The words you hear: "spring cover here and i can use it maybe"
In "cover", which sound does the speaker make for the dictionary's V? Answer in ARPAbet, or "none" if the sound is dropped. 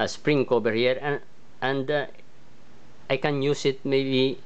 B